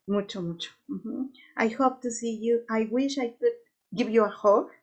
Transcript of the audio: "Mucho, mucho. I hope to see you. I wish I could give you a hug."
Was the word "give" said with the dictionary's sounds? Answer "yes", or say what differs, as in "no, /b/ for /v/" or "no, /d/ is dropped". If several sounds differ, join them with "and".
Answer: no, /b/ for /v/